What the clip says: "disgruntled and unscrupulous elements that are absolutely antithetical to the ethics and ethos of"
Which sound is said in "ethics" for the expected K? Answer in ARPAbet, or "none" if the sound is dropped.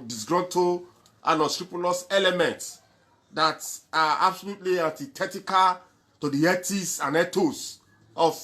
none